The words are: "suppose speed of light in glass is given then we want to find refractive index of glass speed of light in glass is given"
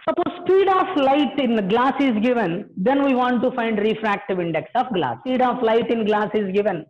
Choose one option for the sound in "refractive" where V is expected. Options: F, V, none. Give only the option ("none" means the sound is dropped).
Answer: V